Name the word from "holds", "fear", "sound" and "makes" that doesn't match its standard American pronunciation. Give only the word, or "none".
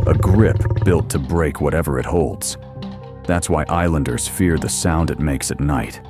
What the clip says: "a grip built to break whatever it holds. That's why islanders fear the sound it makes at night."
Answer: none